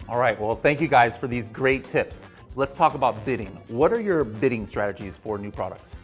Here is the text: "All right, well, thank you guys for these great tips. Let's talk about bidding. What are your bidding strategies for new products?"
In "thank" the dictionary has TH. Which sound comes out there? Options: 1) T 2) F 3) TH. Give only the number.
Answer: 3